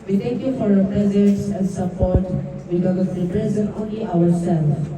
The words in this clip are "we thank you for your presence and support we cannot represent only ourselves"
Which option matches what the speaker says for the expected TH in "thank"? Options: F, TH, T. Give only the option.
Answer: T